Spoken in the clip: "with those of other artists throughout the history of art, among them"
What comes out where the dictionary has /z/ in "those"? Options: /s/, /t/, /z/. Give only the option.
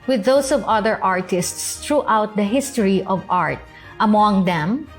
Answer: /s/